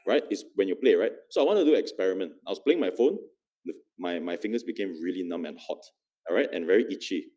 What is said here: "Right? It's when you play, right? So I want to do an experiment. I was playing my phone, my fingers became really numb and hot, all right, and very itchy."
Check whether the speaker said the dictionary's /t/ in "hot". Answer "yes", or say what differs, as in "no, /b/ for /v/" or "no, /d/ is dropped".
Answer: yes